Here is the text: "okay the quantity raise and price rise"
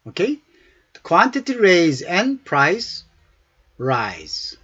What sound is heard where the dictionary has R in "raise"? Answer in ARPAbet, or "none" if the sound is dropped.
R